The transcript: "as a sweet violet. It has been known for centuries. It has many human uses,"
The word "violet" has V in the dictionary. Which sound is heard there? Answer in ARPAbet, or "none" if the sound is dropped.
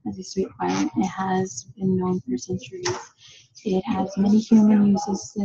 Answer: P